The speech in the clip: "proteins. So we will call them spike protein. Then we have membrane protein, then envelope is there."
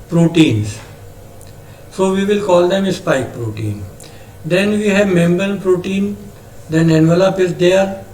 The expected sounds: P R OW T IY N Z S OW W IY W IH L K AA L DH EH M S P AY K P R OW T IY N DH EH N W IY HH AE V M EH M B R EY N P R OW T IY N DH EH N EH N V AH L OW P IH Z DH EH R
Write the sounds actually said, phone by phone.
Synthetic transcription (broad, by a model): P R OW T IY N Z S OW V IY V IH L K AA L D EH M S P AY K P R OW T IY N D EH N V IY HH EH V M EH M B EY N P R OW T IY N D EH N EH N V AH L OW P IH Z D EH R